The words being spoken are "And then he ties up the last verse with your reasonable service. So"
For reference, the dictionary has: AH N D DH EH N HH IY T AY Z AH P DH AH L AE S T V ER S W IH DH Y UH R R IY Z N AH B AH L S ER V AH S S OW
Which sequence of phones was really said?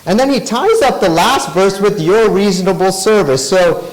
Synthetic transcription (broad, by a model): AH N DH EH N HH IY T AY Z AH P DH AH L AE S T V ER S W IH DH Y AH R R IY Z N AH B L S ER V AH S S OW